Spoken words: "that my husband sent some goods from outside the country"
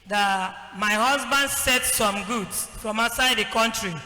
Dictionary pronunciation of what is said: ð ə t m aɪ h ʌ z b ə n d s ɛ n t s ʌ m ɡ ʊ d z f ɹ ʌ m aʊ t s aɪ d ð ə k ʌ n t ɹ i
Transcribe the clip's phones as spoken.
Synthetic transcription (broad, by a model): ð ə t m aɪ h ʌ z b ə n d s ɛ t s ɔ m ɡ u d s f ɹ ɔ m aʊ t s aɪ d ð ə k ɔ n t ɹ i